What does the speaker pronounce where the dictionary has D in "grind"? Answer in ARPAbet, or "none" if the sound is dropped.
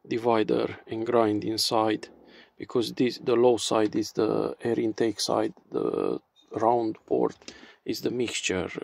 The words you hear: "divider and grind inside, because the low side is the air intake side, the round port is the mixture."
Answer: D